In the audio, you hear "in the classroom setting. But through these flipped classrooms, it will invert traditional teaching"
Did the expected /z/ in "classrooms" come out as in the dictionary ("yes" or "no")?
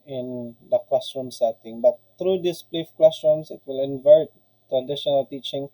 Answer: no